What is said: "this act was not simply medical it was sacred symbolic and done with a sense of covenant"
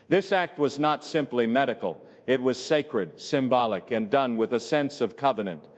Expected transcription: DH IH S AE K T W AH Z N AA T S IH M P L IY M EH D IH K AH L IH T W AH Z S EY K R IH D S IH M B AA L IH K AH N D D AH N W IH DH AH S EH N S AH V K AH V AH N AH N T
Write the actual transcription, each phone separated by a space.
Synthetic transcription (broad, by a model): DH IH S AE K T W AH Z N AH T S IH M P L IY M EH D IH K L IH T W AH Z S EY K R IH D S IH M B AA L IH K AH N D D AH N W IH DH AH S EH N S AH V K AH V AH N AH N T